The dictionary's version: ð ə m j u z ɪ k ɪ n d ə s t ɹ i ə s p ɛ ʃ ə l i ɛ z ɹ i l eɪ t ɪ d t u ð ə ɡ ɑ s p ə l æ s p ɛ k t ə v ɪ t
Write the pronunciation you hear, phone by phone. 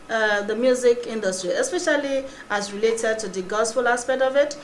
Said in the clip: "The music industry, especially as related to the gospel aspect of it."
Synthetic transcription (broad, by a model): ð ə m j u z ɪ k ɪ n d ə s t ɹ i ə s p ɛ ʃ ə l i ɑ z ɹ i l eɪ t ɪ d t u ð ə ɡ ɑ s f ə l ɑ s p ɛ k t ə v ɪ t